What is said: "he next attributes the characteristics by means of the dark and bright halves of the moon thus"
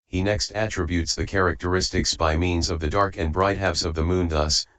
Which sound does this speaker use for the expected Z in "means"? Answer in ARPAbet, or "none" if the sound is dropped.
Z